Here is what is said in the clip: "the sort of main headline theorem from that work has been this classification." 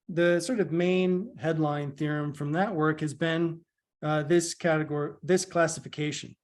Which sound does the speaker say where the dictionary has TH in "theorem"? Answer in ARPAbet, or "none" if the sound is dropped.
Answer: TH